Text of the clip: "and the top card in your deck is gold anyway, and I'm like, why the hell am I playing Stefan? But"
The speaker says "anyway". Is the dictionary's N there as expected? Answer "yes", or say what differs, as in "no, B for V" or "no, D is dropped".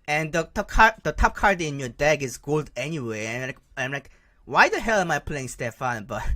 yes